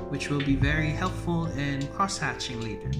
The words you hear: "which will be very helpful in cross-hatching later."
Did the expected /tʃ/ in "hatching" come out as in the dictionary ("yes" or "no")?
yes